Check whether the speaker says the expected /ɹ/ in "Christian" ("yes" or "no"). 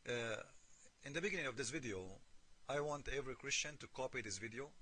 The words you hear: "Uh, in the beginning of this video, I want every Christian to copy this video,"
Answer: yes